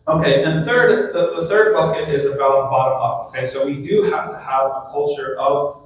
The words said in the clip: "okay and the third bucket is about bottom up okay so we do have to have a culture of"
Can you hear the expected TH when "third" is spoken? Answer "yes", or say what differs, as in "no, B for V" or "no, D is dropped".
yes